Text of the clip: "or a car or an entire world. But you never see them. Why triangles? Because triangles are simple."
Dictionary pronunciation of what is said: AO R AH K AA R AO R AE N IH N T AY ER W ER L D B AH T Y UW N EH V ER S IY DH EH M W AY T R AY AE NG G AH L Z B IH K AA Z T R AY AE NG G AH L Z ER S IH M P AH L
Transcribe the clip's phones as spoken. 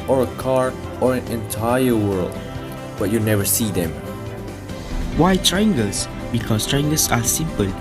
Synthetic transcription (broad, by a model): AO R AH K AA R AO R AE N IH N T AY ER W ER L D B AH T Y UW N EH V ER S IY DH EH M W AY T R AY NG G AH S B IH K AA S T R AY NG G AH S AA S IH M P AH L